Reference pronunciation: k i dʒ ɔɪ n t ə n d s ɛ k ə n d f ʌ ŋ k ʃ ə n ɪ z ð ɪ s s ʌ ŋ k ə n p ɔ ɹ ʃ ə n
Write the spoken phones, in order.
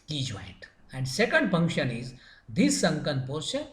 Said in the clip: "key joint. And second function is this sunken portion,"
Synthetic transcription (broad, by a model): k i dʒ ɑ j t ə n d s ɛ k ə n d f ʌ ŋ k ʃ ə n ɪ z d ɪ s s ʌ ŋ k ə n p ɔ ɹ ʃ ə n